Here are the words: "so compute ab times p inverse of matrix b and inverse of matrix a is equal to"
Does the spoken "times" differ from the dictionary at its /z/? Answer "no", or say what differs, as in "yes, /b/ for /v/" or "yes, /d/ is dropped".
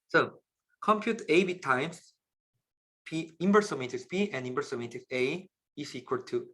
yes, /s/ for /z/